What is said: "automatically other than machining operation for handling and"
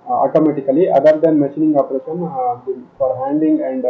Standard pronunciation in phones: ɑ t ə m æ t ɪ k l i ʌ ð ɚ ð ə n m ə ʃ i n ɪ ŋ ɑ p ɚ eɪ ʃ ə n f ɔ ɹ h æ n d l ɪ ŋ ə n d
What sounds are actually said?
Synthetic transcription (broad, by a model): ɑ t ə m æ t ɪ k l i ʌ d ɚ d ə n m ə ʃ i n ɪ ŋ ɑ p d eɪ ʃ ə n f ɔ ɹ h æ n d ɪ ŋ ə n d